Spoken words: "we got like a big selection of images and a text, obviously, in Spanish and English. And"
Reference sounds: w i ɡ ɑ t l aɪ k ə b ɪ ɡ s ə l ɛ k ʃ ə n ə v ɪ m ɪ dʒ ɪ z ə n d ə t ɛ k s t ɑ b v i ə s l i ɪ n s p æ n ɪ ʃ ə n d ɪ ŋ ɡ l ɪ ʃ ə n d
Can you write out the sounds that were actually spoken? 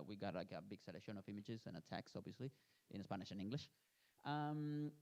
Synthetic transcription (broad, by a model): w i ɡ ɑ t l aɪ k ə b ɪ ɡ s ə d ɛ ʃ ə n ə v ɪ m ɪ dʒ ɪ z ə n ə t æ k s ɑ b v i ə s l i ɪ n s p æ n ɪ ʃ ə n ɪ ŋ ɡ l ɪ ʃ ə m